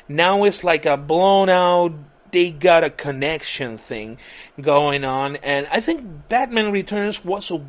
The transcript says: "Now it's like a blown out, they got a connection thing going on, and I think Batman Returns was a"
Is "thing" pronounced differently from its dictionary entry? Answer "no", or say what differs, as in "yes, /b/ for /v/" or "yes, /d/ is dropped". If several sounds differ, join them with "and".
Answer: no